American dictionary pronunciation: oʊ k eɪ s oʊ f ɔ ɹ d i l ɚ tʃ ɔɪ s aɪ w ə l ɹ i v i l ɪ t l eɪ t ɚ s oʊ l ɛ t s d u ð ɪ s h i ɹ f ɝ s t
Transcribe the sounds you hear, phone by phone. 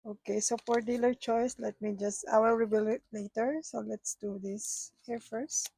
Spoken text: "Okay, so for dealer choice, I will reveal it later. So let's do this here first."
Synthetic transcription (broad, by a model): oʊ k eɪ s oʊ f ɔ ɹ d i l ɚ tʃ ɔɪ s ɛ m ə w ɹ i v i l ɪ t l eɪ t ɚ s oʊ l ɛ t s d u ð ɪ s h i ɹ f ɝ s t